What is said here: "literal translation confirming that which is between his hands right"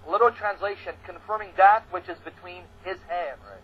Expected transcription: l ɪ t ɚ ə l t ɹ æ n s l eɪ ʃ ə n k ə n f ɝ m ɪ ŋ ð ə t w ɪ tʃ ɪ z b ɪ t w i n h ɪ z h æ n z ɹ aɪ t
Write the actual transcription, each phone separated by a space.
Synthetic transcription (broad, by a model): l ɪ t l t ɹ æ n s l eɪ ʃ ə n k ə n f ɝ m ɪ ŋ ð ə t w ɪ tʃ ɪ z b ɪ t w i n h ɪ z h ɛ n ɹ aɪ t